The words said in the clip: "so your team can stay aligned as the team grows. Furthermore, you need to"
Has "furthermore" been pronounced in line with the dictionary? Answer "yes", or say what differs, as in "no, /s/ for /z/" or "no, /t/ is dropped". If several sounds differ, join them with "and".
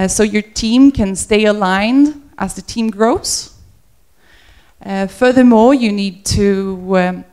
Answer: yes